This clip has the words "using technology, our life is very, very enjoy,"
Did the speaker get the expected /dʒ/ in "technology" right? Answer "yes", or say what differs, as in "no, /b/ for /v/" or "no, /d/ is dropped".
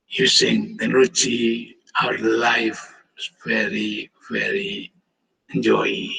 no, /tʃ/ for /dʒ/